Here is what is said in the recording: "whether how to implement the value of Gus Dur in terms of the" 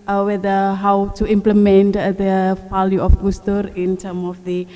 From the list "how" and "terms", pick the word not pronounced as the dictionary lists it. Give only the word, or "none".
terms